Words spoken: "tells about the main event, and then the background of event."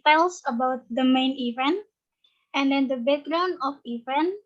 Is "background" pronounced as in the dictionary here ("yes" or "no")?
no